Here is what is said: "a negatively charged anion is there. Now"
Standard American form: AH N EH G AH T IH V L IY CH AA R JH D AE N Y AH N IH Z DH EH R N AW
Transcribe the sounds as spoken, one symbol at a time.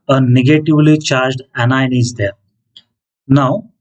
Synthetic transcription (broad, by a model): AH N EH G AH T IH V L IY CH AA R JH D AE N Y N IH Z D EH R N AW